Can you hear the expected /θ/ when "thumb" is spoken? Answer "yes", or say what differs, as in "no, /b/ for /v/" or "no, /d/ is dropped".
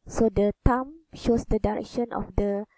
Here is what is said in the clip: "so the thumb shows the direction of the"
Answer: no, /t/ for /θ/